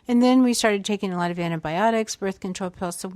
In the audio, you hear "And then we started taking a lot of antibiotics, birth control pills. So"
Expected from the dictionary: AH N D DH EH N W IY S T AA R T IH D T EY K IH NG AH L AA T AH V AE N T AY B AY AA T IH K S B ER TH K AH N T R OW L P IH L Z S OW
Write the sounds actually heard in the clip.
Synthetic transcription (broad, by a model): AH N DH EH N W IY S T AA R T IH D T EY K IH NG AH L AA T AH V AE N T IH B AY AA T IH K S B ER TH K AH N T R OW L P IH L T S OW